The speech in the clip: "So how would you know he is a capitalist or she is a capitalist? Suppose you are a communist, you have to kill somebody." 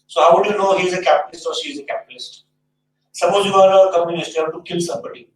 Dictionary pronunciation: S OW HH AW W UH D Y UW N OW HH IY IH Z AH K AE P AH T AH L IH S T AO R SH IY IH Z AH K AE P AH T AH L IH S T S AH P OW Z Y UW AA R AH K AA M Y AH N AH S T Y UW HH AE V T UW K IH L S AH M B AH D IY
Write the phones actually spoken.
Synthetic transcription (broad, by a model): S OW HH AW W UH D Y UW N OW HH IY IH Z AH K AE P AH T AH L IH S T AO R SH IY IH Z AH K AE P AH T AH L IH S T S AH B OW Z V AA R AH K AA M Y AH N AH S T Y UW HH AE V T UW K IH L S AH M B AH D IY